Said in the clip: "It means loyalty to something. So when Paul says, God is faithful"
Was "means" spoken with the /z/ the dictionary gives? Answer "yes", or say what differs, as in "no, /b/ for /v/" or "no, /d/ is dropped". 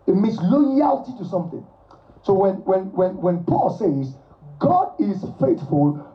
no, /s/ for /z/